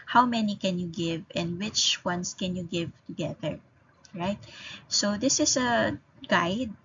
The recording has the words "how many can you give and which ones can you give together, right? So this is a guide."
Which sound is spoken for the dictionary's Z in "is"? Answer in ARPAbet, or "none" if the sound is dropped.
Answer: S